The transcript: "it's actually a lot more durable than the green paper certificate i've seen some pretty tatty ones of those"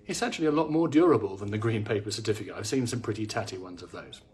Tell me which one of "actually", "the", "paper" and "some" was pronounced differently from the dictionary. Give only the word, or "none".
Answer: actually